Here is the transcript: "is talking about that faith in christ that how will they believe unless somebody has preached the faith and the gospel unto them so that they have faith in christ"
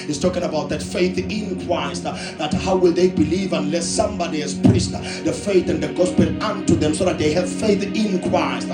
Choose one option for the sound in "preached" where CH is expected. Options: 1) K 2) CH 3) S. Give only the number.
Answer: 3